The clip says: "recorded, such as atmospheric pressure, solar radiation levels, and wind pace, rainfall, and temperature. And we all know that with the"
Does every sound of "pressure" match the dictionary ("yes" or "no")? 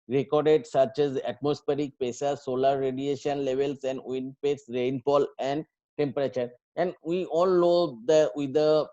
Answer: no